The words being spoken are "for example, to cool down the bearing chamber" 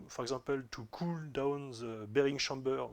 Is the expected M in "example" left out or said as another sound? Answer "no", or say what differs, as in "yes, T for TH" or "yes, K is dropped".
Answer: yes, M is dropped